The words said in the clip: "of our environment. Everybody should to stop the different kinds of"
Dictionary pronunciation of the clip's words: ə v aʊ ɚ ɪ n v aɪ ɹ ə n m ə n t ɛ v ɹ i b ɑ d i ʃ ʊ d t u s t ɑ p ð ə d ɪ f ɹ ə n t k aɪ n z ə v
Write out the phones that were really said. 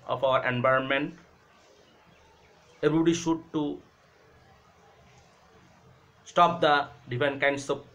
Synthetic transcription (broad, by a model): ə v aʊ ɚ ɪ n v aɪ ɹ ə n m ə n t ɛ b ɹ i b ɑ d i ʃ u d t u s t ɑ p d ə d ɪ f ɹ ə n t k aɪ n s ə